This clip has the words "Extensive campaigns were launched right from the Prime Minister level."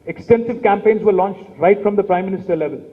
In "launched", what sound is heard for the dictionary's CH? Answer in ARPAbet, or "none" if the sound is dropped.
CH